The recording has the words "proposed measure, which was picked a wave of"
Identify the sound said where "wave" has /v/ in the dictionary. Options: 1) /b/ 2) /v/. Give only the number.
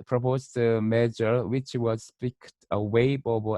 1